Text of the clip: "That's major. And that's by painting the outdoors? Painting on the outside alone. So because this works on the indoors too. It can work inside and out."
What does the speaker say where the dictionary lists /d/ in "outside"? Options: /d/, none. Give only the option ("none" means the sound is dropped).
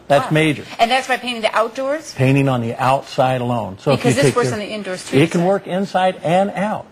/d/